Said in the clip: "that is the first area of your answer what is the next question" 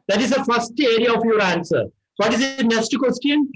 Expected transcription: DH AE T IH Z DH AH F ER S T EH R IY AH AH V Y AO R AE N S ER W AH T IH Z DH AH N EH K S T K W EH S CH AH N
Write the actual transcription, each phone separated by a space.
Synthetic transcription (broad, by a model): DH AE T IH Z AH F ER S T EH R IY AH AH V Y AO R AE N S ER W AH T IH Z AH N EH S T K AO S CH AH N